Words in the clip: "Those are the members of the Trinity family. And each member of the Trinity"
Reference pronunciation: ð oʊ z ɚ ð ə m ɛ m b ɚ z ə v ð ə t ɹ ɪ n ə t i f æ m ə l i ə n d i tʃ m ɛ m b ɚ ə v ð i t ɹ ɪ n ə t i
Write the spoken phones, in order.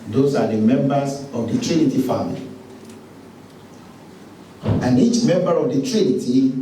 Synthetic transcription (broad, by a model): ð oʊ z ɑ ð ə m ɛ m b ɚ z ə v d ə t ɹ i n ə t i f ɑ m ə l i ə n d i tʃ m ɛ m b ɚ ə v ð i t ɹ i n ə t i